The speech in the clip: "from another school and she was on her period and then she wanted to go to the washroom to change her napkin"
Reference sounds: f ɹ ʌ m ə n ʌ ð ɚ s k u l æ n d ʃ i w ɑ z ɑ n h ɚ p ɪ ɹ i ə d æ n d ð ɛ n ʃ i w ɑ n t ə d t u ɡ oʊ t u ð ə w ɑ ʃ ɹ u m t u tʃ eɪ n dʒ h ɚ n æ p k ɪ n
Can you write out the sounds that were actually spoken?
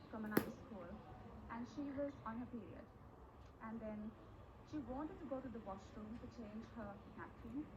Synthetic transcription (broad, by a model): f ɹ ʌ m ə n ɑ ɪ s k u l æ n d ʃ i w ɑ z ɑ n h ɚ p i ɹ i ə d æ n d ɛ n ʃ i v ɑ n t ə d t u ɡ oʊ t u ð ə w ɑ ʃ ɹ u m t u tʃ eɪ n dʒ h ɚ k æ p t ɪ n